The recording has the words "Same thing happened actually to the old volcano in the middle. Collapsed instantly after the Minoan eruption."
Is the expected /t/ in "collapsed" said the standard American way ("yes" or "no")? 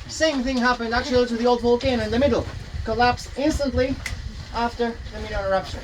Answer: no